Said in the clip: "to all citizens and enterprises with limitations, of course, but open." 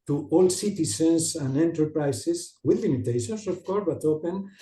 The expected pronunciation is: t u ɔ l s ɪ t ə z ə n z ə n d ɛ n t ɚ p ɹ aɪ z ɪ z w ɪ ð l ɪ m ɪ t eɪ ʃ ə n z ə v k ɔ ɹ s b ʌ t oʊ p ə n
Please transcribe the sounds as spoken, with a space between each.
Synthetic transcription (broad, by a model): t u ɔ l s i t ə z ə n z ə n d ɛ n t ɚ p ɹ aɪ s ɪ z w ɪ ð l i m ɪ t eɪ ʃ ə n s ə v k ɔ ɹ b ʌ t oʊ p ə n